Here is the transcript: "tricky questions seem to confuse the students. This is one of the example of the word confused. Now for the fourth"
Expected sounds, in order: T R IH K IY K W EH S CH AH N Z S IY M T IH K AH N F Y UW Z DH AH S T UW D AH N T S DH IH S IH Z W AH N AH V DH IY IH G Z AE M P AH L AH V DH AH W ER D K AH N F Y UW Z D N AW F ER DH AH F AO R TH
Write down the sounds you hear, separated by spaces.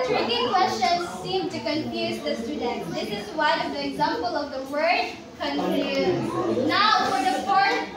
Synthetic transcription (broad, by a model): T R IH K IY K W EH S CH AH N Z S IY M T IH K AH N F Y UW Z DH AH S T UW D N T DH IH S IH Z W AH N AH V DH IY IH G Z AE M P AH L AH V DH AH W ER D K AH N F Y UW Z N AW F ER DH AH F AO R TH